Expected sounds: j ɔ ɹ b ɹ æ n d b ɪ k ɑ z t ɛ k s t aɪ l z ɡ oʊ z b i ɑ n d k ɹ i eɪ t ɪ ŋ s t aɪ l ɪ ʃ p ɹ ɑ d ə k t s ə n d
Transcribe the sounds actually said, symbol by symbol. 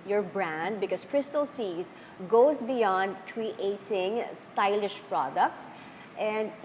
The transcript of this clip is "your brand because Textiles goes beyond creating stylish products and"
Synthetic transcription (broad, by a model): j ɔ ɹ b ɹ æ n d b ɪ k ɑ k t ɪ s t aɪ l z ɡ oʊ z b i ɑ n d k ɹ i eɪ t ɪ ŋ s t aɪ l ɪ ʃ p ɹ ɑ d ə k t s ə n d